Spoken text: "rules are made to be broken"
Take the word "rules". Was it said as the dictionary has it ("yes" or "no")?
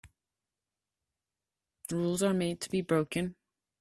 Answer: yes